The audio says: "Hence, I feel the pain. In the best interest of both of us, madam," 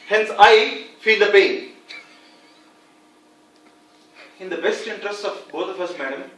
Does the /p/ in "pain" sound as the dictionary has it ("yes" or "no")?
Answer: no